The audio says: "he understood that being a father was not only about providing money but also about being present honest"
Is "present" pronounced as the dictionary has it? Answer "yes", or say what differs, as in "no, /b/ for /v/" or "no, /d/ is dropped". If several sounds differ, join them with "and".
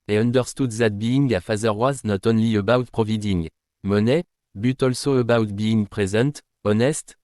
no, /n/ is dropped